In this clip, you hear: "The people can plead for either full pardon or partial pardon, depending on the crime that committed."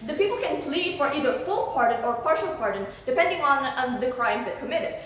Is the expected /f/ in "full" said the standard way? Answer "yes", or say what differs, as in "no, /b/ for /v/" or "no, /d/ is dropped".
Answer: yes